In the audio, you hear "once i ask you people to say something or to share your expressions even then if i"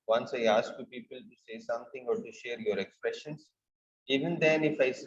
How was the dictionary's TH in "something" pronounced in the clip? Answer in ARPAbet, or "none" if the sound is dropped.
T